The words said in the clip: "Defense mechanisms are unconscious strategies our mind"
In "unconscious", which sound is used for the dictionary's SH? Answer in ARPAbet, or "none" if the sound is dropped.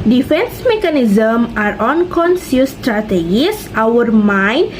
S